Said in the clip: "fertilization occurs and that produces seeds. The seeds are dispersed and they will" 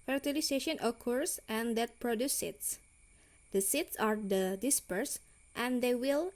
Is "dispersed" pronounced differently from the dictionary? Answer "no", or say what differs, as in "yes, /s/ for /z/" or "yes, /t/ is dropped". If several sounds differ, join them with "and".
no